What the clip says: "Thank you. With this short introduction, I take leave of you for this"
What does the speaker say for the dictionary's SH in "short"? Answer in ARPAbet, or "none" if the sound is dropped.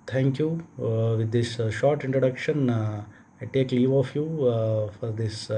SH